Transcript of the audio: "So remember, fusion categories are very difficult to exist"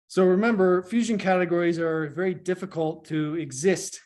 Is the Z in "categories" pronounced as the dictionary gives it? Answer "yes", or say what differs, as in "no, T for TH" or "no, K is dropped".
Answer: yes